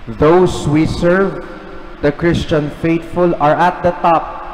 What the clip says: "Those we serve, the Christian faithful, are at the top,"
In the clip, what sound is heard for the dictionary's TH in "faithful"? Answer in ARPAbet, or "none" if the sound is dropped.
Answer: T